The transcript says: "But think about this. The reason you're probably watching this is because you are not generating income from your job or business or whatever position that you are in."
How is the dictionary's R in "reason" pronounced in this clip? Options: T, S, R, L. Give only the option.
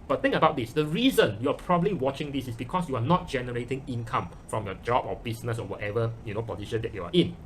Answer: R